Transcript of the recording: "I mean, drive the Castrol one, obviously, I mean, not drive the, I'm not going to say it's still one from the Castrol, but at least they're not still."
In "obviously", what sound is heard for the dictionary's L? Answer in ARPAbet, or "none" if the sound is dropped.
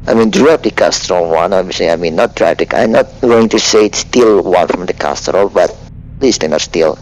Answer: none